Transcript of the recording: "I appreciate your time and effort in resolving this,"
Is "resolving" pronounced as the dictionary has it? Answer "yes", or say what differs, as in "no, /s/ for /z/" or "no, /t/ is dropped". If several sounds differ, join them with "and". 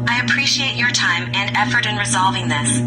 yes